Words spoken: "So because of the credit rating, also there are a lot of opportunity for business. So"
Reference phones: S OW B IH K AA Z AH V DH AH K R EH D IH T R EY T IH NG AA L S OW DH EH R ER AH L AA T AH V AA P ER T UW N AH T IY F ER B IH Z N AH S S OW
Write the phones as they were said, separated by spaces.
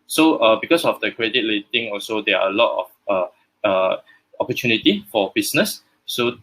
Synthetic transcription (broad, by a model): S OW B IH K AA S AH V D AH K R EH D IH T L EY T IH NG AA L S OW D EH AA AH L AA T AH F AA P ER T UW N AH T IY F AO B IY S N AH S S OW